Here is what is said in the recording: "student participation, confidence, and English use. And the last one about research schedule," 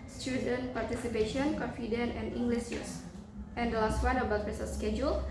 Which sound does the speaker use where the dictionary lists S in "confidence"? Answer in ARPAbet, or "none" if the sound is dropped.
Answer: none